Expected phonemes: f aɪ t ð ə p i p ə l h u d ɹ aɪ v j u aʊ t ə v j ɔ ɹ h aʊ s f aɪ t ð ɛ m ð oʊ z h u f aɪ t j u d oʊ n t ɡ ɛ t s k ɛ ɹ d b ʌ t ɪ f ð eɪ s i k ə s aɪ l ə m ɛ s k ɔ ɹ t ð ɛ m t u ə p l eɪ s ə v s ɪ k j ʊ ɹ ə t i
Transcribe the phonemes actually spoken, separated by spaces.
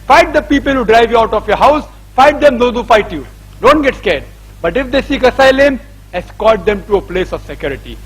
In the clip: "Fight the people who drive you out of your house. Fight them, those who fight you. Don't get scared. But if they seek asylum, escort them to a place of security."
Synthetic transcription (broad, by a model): f aɪ t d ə p i p ə l h u d ɹ aɪ v j u aʊ t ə f j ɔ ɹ h aʊ s f aɪ t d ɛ m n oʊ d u f aɪ t j u d oʊ n t ɡ ɛ t s k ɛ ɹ d b ʌ t ɪ f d eɪ s i k ə s aɪ l ə m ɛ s k ɔ l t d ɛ m t u ə p l eɪ s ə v s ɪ k j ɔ ɹ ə t i